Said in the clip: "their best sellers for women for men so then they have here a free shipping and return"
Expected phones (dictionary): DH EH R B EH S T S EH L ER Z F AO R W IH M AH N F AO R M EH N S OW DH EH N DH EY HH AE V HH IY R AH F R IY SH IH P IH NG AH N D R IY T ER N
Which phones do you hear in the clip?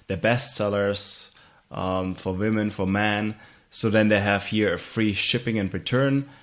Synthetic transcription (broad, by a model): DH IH B EH S T S EH L ER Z F AO R W IH M AH N F AO R M EH N S OW DH EH N DH EY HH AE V HH IY R AH F R IY SH IH P IH NG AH N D R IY T ER N